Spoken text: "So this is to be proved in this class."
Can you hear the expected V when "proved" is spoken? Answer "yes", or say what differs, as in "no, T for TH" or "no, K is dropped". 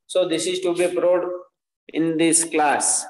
no, V is dropped